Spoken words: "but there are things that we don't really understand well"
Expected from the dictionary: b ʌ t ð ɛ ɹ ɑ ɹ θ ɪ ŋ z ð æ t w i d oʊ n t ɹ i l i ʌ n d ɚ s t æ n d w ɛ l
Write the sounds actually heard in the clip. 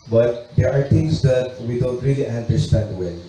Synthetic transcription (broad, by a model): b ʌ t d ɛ ɹ ɑ ɹ t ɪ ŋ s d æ t w i d oʊ n t ɹ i l i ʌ n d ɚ s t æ n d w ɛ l